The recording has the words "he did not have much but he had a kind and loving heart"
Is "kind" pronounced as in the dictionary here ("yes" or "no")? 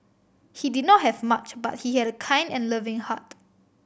yes